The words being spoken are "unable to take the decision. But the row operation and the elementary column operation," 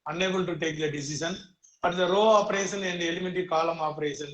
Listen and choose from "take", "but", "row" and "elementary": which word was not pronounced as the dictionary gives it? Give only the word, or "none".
elementary